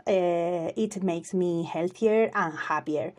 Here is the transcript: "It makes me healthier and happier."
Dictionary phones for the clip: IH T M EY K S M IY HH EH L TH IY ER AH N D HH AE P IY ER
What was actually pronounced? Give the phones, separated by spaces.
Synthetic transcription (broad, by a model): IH T M EY K S M IY HH EH L TH IY ER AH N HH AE P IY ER